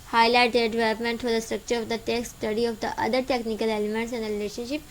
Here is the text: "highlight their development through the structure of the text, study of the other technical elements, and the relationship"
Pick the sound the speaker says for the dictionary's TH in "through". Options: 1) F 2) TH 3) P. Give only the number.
1